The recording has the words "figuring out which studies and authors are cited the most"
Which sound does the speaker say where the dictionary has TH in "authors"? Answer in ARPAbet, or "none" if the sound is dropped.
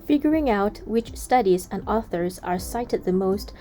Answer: TH